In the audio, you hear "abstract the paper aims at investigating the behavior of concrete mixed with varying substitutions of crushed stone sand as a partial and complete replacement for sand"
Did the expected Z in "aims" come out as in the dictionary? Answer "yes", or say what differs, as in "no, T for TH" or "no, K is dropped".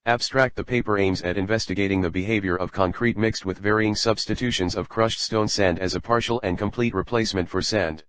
yes